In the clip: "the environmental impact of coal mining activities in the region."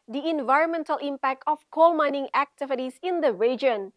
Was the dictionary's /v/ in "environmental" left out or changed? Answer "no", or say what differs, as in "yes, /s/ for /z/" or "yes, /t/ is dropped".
no